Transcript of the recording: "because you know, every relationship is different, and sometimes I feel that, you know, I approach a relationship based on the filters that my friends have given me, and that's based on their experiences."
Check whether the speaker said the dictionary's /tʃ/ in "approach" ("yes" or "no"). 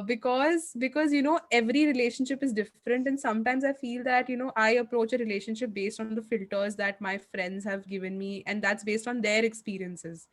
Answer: yes